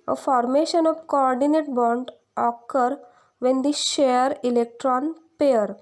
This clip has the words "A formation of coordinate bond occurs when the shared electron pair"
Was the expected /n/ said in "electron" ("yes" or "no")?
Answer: yes